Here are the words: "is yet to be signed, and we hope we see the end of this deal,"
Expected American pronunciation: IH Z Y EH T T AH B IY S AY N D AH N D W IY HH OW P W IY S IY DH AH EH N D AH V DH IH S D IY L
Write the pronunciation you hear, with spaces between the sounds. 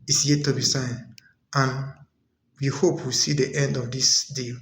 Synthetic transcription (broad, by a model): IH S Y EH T T AH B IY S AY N AH N W IY HH OW P W IY S IY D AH EH N D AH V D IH S D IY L